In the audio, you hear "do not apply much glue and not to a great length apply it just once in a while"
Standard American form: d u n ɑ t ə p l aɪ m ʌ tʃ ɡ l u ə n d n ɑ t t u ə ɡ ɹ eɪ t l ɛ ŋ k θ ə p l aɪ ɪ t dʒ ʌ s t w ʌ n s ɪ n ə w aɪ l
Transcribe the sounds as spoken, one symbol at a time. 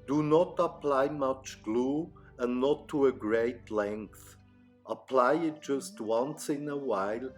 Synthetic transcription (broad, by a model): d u n ɑ t ə p l aɪ m ʌ tʃ ɡ l u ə n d n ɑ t t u ə ɡ ɹ eɪ t l ɛ ŋ k θ ə p l aɪ ɪ t dʒ ʌ s t w ʌ n s ɪ n ə w aɪ l